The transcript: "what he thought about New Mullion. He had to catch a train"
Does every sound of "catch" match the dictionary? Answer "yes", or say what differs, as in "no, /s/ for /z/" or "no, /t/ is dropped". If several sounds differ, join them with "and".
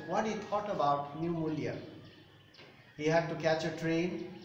yes